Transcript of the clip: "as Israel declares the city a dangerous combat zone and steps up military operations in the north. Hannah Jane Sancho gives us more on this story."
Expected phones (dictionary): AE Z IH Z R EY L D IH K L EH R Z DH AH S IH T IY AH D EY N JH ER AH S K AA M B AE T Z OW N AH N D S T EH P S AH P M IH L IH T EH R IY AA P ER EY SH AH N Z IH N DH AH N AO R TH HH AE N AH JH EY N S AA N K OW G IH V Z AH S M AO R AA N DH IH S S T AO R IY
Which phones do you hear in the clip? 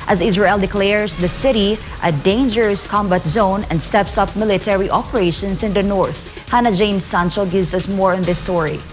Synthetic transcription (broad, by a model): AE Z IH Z R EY L D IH K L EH R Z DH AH S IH T IY AH D EY N JH ER AH S K AA M B AE T Z OW N AH N D S T EH P S AH P M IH L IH T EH R IY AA P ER EY SH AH N S IH N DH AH N AO R TH HH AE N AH JH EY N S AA N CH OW G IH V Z AH S M AO R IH N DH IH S S T AO R IY